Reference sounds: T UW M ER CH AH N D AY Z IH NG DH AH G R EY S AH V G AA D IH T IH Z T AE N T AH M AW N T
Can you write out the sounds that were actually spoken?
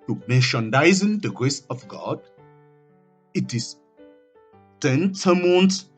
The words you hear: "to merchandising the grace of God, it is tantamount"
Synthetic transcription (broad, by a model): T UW M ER SH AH N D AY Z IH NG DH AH G R EY S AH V G AA D IH T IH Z T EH N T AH M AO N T